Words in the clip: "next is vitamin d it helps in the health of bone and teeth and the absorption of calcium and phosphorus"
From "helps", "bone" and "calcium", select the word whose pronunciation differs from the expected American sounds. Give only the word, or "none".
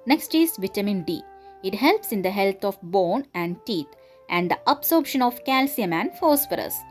none